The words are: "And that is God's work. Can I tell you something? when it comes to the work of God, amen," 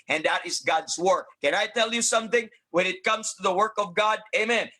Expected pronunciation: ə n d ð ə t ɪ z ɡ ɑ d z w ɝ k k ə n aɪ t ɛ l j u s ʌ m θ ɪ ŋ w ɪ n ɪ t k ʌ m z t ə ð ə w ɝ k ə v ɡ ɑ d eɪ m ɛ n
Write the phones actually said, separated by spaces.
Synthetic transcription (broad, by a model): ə n ð ə t ɪ z ɡ ɑ d z w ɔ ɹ k ə n aɪ t ɛ l j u s ʌ m θ ɪ ŋ w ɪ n ɪ t k ʌ m z t ə ð ə w ɝ k ə v ɡ ɑ d eɪ m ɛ n